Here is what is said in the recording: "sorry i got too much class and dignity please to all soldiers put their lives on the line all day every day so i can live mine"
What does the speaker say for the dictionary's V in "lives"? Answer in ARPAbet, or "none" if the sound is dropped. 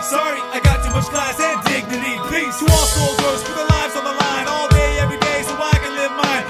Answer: V